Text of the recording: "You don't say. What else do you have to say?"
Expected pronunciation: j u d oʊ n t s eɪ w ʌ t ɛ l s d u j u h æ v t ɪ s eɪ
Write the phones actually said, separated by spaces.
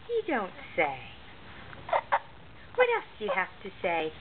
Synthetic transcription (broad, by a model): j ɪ d oʊ n t s eɪ w ʌ t ɛ l s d j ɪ h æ f t ɪ s eɪ